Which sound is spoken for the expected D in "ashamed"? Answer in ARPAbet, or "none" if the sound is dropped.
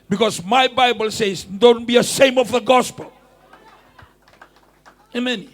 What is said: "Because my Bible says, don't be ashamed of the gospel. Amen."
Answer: none